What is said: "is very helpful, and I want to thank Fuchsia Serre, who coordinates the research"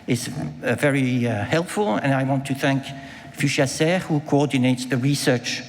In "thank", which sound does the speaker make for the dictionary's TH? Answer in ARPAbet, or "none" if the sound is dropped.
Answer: TH